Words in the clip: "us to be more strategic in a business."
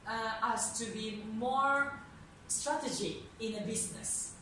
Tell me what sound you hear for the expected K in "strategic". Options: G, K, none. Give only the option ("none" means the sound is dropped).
none